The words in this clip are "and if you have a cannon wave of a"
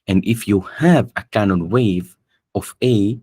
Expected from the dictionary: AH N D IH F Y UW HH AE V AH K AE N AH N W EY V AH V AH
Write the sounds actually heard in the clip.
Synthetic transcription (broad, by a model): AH N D IH F Y UW HH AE V AH K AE N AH N W EY V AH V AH